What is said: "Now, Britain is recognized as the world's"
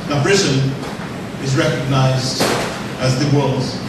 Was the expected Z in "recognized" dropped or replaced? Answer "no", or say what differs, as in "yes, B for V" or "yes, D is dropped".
no